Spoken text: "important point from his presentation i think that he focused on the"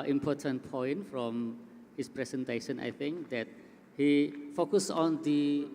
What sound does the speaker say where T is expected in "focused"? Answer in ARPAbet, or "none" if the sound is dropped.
none